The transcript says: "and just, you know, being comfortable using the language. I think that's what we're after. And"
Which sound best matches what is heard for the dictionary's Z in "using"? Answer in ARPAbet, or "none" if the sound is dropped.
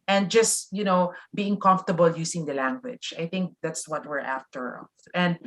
S